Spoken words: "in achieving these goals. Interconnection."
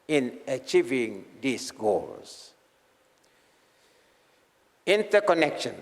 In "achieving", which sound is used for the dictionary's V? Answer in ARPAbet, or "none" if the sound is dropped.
V